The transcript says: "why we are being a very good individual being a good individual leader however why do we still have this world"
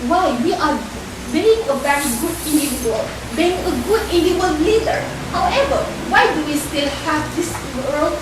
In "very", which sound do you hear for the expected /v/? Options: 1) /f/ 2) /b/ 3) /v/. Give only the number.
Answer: 2